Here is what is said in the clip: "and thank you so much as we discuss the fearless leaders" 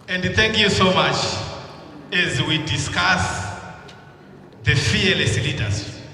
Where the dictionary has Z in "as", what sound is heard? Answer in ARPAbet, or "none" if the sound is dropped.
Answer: Z